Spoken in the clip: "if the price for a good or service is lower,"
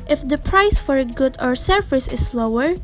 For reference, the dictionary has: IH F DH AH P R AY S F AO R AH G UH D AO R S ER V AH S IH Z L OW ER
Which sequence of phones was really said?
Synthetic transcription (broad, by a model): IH F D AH P R AY S F AO R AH G UH D AO R S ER F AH S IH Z L OW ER